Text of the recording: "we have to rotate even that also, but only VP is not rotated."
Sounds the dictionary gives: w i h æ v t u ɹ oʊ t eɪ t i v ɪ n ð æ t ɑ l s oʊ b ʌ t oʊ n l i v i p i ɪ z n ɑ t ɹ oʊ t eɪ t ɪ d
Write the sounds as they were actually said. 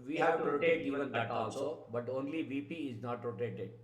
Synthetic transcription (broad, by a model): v i h æ v t u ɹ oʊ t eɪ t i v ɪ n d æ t ɑ l s oʊ b ʌ t oʊ n l i v i p i ɪ z n ɑ t ɹ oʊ t eɪ t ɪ d